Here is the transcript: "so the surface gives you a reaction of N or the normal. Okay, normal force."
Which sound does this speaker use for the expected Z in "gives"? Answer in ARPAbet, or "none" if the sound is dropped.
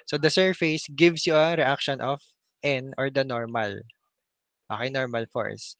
S